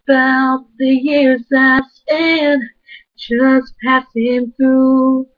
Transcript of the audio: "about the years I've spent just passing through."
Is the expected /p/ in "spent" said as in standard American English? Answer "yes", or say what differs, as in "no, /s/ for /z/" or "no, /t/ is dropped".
no, /p/ is dropped